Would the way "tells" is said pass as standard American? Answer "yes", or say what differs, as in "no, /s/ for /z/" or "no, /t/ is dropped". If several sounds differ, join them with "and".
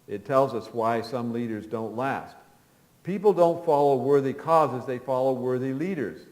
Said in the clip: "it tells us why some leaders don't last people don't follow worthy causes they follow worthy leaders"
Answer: yes